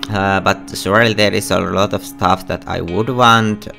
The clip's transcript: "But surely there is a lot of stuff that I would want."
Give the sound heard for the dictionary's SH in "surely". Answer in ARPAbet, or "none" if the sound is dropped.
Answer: S